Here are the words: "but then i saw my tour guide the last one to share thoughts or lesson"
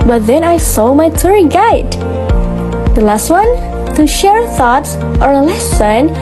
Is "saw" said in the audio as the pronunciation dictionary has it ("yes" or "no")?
yes